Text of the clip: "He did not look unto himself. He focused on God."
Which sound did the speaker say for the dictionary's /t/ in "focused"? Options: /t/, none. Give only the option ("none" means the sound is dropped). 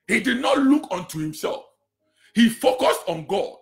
/t/